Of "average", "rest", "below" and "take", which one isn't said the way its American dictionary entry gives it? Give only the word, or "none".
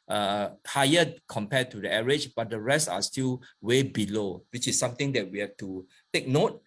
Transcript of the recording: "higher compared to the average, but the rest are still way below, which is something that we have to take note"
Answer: average